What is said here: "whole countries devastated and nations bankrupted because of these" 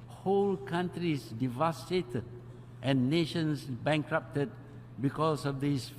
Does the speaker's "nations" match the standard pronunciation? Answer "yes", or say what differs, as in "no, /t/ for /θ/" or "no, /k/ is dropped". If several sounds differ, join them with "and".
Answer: no, /s/ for /z/